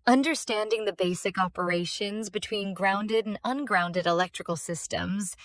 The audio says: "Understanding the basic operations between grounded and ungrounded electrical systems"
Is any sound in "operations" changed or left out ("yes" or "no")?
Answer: no